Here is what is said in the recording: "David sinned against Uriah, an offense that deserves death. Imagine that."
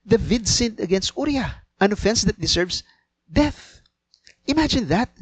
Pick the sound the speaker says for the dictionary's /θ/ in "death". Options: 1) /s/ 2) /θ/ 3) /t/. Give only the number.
2